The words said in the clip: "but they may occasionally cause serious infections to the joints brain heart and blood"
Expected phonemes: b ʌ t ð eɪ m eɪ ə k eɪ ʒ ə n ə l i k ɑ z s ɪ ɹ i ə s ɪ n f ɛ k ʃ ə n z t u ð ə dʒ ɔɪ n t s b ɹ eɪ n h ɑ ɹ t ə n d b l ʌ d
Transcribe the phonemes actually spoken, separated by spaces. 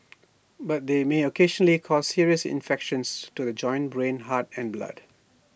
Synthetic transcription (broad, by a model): b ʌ t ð eɪ m eɪ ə k eɪ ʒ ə n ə l i k ɑ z s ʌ ɹ i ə s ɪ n f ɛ k ʃ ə n s t u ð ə dʒ ɔɪ n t b ɹ eɪ n h ɑ t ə n b l ʌ d